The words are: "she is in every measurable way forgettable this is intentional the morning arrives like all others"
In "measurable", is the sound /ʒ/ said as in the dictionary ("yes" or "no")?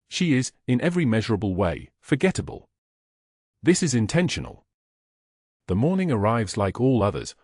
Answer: yes